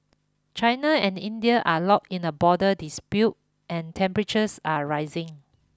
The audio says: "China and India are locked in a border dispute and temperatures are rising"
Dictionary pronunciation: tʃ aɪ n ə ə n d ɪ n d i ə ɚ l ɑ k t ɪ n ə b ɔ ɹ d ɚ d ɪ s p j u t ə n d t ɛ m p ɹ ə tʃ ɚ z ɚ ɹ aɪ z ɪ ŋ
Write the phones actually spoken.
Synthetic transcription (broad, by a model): tʃ aɪ n ə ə n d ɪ n d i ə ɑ l ɑ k ɪ n ə b ɔ d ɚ d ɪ s p j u t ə n t ɛ m p ɹ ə tʃ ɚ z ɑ ɹ aɪ z ɪ ŋ